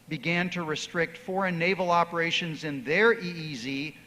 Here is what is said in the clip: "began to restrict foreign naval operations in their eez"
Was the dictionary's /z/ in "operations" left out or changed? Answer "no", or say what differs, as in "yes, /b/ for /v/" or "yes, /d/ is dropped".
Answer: no